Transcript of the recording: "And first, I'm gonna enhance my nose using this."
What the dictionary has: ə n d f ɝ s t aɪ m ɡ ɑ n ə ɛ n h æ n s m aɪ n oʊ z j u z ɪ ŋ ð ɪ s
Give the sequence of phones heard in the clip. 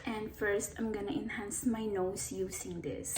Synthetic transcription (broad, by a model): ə n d f ɝ s t aɪ m ɡ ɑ n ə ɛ n h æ n s m aɪ n oʊ s j u s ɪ ŋ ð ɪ s